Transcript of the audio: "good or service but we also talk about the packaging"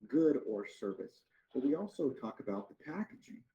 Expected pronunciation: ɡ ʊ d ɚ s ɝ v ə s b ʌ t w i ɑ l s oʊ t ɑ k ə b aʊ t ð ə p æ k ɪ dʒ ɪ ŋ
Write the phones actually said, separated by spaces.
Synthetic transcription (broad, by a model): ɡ ʊ d ɚ s ɝ v ə s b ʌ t w i ɑ l s oʊ t ɑ k ə b aʊ t ð ə p æ k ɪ dʒ ɪ ŋ